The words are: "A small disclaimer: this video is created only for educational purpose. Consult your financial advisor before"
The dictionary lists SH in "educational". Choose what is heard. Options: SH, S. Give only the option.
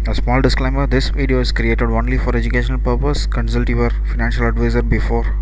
SH